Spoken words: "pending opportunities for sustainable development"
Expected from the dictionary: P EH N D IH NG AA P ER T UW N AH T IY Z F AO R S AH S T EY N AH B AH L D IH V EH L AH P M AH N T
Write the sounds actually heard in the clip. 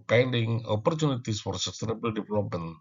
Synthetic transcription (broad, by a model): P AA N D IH NG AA P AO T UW N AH T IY S F AO R S AH S T EY N AH B AH L D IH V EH L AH P M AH N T